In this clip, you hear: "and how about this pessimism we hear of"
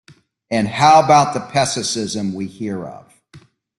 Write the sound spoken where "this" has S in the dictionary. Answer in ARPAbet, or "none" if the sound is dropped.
none